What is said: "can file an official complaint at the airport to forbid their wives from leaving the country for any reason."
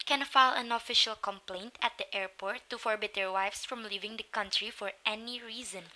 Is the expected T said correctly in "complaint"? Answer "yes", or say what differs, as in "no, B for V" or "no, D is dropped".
yes